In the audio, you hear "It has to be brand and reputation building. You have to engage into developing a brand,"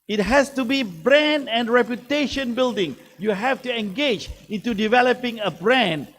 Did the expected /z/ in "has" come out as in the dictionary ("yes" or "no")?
no